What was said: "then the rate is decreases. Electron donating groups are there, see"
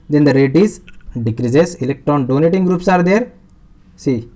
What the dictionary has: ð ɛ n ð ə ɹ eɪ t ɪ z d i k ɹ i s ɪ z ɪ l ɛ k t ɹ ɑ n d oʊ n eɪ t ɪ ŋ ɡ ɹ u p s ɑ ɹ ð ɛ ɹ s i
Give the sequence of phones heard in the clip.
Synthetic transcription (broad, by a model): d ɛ n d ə ɹ eɪ t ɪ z d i k ɹ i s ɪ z ɪ l ɛ k t ɹ ɑ n d oʊ n eɪ t ɪ ŋ ɡ ɹ u p s ɑ ɹ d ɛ ɹ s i